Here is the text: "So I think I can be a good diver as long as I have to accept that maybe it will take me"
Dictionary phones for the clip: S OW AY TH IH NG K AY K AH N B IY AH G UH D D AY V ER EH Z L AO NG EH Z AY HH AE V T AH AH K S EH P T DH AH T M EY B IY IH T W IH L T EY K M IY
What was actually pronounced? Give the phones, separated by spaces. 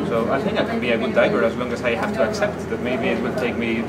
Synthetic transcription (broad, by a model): S OW AY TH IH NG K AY K AH N B IY AH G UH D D AY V ER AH Z L AO NG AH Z AY HH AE F T AH AH K S EH P T DH AH T M EY B IY IH T W IH L T EY K M IY